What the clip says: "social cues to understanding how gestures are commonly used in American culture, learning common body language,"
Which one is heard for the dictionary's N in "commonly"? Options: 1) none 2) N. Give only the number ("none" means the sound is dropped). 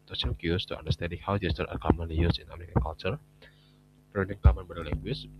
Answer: 1